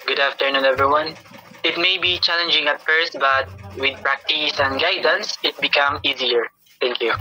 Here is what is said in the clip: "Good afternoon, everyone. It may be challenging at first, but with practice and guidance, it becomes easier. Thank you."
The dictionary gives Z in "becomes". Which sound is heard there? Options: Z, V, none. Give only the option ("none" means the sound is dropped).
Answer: none